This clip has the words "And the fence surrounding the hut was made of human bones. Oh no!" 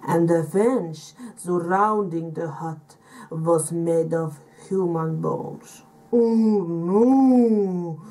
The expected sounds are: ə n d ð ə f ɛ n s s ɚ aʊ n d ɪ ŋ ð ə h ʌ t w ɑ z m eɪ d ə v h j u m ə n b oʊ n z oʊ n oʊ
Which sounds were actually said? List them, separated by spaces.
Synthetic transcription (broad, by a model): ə n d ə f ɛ n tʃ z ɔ aʊ n d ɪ ŋ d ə h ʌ t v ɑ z m eɪ d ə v h j u m ə n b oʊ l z oʊ n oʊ